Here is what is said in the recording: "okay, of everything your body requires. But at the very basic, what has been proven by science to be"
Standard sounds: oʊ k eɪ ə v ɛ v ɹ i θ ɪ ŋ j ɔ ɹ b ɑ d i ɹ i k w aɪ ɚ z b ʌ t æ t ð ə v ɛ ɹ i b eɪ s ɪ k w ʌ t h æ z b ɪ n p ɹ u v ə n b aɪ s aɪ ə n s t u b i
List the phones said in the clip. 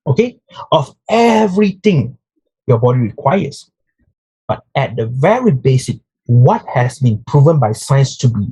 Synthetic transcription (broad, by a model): oʊ k eɪ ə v ɛ v ɹ i t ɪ ŋ j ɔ b ɑ d i ɹ i k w aɪ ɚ s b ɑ t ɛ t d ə v ɛ ɹ i b eɪ s ɪ k w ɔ t h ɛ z b ɪ n p ɹ u v ə n b aɪ s aɪ ə n s t u b i